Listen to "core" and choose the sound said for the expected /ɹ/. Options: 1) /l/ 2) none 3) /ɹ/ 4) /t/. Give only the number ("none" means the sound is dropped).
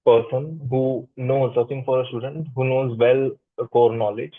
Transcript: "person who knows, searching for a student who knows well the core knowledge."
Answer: 3